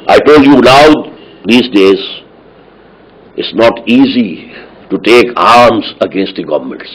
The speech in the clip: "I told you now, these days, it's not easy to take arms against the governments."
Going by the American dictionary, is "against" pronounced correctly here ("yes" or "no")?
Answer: yes